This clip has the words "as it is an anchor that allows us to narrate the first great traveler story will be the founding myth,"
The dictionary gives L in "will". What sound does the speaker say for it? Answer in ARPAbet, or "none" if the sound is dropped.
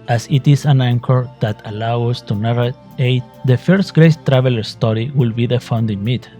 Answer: L